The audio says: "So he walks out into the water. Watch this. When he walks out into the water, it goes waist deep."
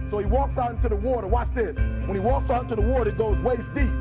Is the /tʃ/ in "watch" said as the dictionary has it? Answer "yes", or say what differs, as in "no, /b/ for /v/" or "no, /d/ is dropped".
no, /s/ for /tʃ/